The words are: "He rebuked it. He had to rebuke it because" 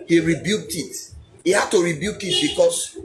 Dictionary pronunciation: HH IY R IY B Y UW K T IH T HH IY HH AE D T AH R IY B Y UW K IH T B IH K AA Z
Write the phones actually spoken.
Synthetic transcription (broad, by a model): HH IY R IY B Y UW K T IH T HH IY HH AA D T AH R IY B Y UW K IH T B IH K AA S